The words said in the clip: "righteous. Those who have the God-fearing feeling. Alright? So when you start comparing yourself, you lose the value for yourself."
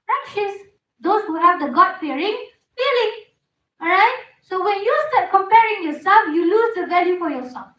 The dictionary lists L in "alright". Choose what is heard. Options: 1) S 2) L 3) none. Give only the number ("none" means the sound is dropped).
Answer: 3